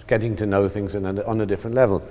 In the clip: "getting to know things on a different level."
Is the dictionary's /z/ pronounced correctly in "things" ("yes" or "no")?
yes